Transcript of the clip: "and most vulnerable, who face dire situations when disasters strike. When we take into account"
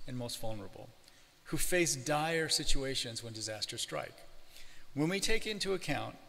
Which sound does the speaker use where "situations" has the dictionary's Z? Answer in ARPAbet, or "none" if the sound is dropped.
Z